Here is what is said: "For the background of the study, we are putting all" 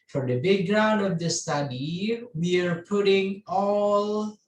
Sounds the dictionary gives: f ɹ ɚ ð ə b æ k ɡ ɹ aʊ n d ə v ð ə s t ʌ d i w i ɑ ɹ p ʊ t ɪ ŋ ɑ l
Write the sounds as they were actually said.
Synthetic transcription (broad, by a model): f ɹ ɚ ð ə b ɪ ɡ ɹ aʊ n d ə v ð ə s t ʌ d i w i ɑ ɹ p ʊ t ɪ ŋ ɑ l